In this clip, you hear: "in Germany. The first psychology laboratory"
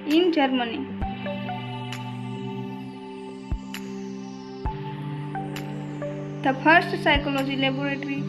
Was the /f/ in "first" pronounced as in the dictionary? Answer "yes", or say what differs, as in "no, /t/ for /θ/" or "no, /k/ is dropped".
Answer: no, /p/ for /f/